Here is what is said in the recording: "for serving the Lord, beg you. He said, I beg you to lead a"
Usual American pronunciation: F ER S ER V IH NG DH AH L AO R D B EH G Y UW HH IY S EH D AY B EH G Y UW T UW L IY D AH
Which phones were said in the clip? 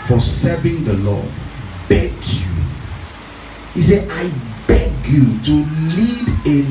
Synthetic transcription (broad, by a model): F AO S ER V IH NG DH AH L AO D B EH G Y UW HH IY S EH AY B EH G Y UW T UW L IY D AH